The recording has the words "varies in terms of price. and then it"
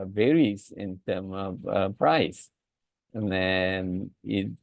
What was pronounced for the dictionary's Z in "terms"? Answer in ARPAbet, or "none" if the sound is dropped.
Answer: none